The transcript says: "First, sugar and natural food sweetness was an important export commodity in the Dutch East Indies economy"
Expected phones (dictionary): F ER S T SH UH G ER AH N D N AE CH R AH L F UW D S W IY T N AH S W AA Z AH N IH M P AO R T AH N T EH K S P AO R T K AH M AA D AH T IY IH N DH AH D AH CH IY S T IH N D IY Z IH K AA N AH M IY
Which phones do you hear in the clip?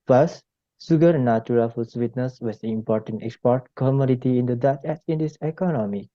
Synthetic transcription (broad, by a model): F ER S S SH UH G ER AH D N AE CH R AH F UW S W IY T N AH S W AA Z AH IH M P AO R T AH N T EH K S P AO R T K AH M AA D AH T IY IH N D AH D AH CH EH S IH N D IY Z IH K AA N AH M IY